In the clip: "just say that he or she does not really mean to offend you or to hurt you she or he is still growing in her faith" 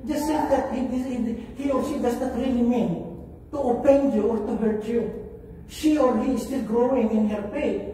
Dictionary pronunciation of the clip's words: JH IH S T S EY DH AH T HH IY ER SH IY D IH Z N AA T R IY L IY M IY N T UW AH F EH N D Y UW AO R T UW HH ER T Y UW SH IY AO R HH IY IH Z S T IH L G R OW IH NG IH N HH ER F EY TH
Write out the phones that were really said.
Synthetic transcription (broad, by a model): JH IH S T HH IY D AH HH HH IY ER SH IY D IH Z N AA T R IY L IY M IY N T UW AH P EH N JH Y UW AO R T UW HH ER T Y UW SH IY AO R HH IY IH S T IH L G R OW IH NG IH N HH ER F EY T